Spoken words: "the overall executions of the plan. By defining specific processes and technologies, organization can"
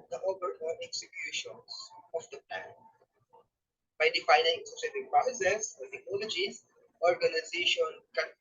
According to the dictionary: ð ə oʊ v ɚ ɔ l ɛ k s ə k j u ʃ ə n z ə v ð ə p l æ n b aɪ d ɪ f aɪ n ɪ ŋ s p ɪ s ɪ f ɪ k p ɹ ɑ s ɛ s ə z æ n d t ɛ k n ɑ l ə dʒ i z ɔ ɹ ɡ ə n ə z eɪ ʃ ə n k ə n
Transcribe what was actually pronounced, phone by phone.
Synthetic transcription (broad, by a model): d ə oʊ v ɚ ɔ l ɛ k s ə k j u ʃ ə n s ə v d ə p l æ n b aɪ d ɪ f aɪ n ɪ ŋ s ɪ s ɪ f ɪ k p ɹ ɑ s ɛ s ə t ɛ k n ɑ l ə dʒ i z ɔ ɹ ɡ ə n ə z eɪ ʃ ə n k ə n